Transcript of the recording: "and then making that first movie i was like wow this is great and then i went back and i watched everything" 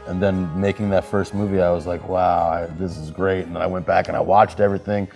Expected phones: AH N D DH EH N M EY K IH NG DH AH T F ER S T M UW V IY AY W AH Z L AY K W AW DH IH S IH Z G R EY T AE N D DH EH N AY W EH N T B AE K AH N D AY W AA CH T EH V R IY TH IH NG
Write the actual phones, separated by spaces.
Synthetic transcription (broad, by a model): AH N DH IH N M EY K IH NG DH AH T F ER S T M UW V IY AY W AH Z L AY K W AW DH IH S IH Z G R EY T N DH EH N AY W EH N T B AE K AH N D AY W AA CH T EH V R IY TH IH NG